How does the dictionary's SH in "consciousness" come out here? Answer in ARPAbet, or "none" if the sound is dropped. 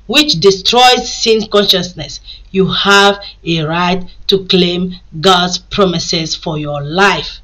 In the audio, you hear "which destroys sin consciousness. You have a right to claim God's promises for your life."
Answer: SH